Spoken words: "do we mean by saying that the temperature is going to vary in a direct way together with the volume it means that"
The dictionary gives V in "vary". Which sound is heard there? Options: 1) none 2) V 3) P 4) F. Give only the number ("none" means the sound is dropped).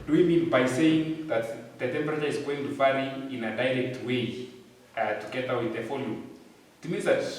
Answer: 4